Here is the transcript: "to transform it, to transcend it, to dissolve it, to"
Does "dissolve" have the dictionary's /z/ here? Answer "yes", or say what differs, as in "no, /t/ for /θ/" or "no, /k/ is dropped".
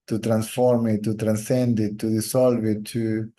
no, /s/ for /z/